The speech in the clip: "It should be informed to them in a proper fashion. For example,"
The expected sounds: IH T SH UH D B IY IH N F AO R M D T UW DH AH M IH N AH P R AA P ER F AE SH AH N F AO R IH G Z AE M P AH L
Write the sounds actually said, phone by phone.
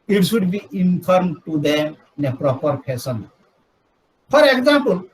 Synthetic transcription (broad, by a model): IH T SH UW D B IY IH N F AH R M T UW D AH N AH P R AA P ER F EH S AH N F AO R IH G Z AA M P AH L